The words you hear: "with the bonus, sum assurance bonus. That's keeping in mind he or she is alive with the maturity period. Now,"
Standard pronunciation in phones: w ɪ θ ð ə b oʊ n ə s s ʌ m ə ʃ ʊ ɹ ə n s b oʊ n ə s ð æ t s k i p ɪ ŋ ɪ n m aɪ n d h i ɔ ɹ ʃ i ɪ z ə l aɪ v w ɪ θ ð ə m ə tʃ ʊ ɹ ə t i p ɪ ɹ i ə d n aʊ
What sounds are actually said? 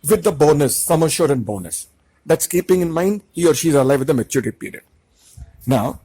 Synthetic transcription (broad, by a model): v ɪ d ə b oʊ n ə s s ʌ m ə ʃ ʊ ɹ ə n b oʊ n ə s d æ t s k i p ɪ ŋ ɪ n m aɪ n d h i ɔ ɹ ʃ i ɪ z ə l aɪ v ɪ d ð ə m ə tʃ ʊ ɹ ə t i p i ɹ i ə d n aʊ